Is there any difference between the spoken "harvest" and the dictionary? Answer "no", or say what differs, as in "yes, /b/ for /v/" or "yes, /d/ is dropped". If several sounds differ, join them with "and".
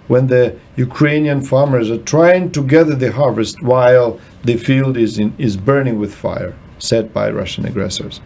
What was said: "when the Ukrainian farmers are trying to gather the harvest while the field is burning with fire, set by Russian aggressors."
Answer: no